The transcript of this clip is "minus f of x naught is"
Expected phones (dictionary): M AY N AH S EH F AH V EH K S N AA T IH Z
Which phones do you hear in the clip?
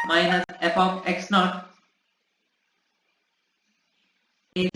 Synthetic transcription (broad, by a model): M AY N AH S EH P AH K EH K S N AA T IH